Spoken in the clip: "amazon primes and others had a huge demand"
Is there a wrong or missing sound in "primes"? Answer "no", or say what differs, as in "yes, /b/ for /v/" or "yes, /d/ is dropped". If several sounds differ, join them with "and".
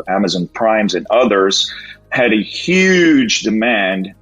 no